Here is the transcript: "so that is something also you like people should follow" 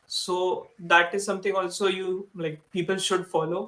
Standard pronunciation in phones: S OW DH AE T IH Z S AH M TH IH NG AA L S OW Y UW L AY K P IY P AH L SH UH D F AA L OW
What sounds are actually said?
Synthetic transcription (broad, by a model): S OW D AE T IH Z S AH M T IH NG AA L S OW Y UW L AY K P IY P AH L SH UH D F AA L OW